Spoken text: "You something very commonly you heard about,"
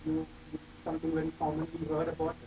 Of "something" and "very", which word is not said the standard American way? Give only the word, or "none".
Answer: something